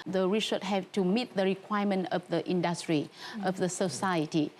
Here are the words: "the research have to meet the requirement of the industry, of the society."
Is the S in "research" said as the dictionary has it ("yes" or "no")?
no